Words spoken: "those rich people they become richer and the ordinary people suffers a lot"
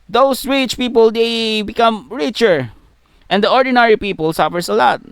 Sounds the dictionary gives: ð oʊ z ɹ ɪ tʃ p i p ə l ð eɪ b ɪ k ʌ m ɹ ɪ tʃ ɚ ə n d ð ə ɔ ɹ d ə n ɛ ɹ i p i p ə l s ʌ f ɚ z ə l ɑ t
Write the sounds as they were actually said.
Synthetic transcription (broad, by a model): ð oʊ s ɹ ɪ tʃ p i p ə l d eɪ b ɪ k ʌ m ɹ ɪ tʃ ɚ ə n d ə ɔ ɹ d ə n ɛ ɹ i p i p ə l s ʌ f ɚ s ə l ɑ t